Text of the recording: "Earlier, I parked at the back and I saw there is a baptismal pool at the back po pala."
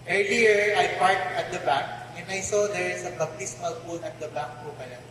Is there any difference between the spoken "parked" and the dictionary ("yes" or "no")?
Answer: yes